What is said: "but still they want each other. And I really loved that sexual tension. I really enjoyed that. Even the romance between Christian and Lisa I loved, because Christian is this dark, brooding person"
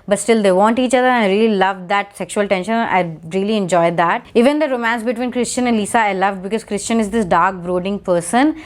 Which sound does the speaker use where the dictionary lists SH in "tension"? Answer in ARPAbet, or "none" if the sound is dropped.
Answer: SH